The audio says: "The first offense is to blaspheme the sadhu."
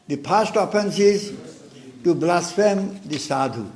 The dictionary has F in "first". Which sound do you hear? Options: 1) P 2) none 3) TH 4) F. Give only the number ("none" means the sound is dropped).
1